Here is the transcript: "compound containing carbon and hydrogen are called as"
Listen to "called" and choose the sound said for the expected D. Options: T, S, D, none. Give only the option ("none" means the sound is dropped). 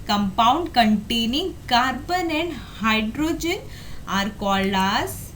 none